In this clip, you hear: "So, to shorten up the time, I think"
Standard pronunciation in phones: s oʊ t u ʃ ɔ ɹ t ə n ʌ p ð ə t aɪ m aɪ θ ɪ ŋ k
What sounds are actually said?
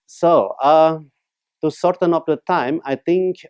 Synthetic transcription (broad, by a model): s oʊ t u s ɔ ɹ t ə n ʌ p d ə t aɪ m aɪ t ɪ ŋ k